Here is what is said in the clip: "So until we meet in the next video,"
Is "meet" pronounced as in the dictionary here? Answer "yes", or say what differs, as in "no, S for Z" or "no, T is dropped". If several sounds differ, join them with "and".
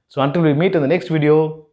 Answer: yes